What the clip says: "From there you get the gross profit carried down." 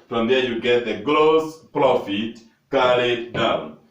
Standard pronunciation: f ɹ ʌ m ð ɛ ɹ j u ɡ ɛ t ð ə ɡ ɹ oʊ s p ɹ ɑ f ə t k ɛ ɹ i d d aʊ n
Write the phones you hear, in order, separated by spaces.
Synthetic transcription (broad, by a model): f ɹ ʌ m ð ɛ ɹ j u ɡ ɛ t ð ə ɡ l oʊ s p ɹ ɑ f ə t k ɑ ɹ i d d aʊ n